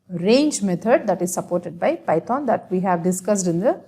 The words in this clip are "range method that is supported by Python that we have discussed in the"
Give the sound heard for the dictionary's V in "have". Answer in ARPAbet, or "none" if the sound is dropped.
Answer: V